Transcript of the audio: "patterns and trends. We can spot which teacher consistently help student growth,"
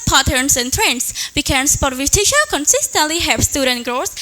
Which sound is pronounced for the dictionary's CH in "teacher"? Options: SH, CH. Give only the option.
SH